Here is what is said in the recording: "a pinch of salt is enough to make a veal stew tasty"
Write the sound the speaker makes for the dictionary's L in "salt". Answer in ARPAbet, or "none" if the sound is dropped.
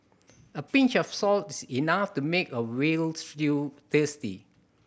L